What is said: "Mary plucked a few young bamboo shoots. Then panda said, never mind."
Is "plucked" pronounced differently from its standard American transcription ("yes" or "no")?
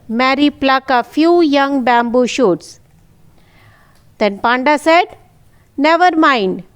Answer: yes